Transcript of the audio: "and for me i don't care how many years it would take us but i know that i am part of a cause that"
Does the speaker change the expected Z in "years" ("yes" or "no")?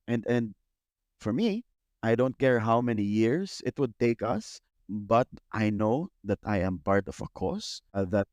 yes